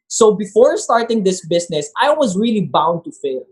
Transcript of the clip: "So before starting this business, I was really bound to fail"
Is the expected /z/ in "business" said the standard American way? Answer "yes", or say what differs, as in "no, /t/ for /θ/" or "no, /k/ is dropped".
no, /s/ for /z/